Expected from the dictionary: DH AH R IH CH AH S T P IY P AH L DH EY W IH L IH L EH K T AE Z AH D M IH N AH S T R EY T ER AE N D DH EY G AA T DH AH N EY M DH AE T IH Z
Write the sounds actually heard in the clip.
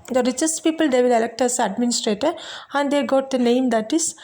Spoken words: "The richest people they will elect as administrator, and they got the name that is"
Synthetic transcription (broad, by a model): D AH R IH CH AH S T P IY P AH L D EY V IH L IH L EH K T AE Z AH D M IH N AH S T R EY T ER AE N D EY G AA T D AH N EY M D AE T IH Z